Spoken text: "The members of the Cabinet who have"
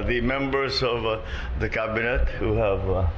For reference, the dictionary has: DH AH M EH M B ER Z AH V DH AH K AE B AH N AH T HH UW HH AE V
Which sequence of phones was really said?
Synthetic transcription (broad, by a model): DH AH M EH M B ER Z AH V DH AH K AE B AH N AH T HH UW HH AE V